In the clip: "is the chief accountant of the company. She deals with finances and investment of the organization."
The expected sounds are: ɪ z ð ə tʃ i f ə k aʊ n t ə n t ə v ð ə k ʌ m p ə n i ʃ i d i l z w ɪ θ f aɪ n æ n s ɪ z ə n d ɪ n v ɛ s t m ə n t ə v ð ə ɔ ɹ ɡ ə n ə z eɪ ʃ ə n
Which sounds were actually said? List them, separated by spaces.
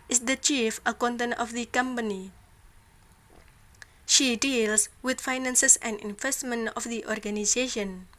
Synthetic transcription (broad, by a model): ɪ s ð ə tʃ i f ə k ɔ n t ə n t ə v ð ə k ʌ m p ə n i ʃ i d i l s w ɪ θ f aɪ n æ n s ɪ s ə n d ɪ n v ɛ s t m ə n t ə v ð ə ɔ ɹ ɡ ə n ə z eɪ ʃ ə n